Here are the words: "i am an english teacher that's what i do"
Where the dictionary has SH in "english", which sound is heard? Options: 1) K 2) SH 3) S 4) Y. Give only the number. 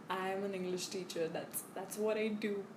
2